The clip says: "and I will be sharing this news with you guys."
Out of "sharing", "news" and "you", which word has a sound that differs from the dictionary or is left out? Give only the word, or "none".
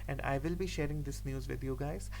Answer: none